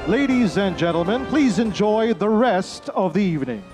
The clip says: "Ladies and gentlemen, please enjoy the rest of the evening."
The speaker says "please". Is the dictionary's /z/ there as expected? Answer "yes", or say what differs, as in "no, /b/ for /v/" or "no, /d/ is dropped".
yes